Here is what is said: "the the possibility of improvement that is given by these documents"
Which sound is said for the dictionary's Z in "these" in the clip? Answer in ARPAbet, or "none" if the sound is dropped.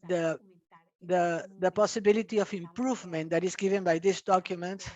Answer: S